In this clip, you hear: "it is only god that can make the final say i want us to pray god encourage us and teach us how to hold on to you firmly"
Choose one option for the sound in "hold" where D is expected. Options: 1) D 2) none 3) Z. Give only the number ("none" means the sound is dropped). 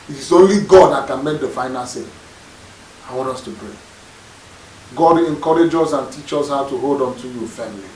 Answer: 1